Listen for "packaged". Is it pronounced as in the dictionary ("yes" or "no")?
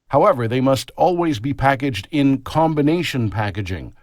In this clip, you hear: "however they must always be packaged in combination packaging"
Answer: yes